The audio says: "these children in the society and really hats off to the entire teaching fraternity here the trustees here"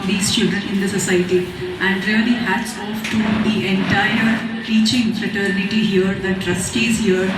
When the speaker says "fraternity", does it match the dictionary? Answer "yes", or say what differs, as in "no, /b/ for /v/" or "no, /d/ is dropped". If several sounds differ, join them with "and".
yes